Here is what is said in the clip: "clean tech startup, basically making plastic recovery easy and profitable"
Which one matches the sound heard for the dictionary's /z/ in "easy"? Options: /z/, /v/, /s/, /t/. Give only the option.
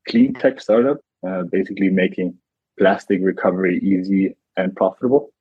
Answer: /z/